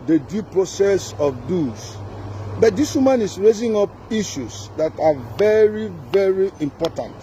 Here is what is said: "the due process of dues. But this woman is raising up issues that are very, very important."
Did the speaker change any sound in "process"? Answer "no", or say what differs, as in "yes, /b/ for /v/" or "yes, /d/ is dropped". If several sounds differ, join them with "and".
no